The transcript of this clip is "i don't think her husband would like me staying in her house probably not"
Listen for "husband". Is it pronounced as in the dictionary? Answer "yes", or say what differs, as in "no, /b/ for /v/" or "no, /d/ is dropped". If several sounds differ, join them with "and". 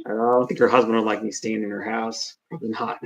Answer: yes